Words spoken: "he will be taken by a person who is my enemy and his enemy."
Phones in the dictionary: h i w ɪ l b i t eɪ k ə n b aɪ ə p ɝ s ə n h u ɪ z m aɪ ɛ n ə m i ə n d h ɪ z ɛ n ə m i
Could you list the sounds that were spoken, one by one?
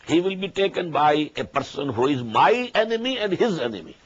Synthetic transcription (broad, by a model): h i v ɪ l b i t eɪ k ə n b aɪ ə p ɝ s ə n h u ɪ z m aɪ ɛ n ə m i ə n d h ɪ z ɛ n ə m i